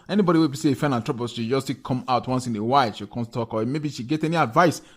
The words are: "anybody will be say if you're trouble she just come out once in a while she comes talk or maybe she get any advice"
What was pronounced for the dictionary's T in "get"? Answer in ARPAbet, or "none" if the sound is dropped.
T